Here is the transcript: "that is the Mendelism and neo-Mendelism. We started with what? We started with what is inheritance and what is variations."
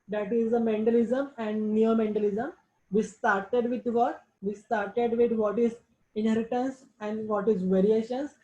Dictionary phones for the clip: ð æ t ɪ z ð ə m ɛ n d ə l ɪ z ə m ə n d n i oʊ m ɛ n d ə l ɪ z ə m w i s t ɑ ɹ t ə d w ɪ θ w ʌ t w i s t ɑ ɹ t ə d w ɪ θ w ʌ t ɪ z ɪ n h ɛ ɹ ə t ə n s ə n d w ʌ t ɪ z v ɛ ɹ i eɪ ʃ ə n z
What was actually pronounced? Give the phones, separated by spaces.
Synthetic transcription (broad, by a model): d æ t ɪ z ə m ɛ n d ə l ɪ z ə m ə n d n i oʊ m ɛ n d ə l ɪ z ə m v i s t ɑ ɹ t ə d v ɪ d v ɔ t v i s t ɑ ɹ t ə d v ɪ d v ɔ t ɪ z ɪ n h ɛ ɹ ə t ə n s ə n d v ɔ t ɪ z v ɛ ɹ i eɪ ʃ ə n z